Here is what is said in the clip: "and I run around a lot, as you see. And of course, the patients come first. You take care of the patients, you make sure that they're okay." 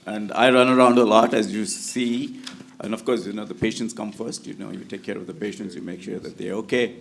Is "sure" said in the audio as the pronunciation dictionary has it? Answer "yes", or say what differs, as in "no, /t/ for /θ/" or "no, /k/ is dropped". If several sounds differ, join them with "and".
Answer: yes